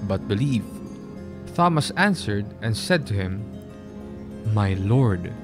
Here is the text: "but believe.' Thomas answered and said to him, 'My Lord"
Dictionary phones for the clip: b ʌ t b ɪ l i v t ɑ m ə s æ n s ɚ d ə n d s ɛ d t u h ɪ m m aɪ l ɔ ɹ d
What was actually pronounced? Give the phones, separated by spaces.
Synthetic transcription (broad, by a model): b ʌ t b ɪ l i v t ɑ m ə s æ n s ɚ d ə n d s ɛ d t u h ɪ m m aɪ l ɔ ɹ d